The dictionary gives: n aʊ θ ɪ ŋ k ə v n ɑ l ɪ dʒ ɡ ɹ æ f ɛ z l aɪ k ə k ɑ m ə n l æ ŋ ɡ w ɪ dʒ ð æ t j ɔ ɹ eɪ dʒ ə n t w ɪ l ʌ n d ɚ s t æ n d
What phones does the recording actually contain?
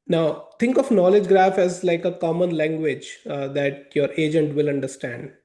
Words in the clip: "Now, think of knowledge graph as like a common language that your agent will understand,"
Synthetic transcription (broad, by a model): n aʊ t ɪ ŋ k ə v n ɑ l ɪ dʒ ɡ ɹ æ f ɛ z l aɪ k ə k ɑ m ə n l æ ŋ ɡ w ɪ dʒ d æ t j ɔ ɹ eɪ dʒ ə n t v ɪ l ʌ n d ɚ s t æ n d